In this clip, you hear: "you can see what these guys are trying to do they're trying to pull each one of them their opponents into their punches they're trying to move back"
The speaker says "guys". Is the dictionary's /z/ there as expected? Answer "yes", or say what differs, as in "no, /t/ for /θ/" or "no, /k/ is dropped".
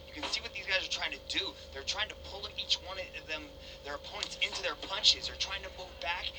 yes